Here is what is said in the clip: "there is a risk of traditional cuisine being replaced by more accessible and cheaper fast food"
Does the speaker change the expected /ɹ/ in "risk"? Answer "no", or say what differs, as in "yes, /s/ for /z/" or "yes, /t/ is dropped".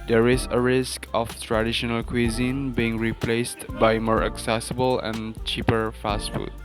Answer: no